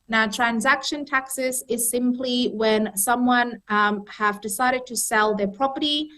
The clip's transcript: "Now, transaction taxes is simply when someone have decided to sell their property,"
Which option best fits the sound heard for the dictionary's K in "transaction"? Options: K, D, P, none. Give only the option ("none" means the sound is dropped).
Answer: K